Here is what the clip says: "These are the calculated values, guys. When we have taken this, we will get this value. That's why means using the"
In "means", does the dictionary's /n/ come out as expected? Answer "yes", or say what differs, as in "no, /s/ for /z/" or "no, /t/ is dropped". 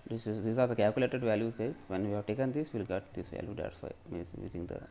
no, /n/ is dropped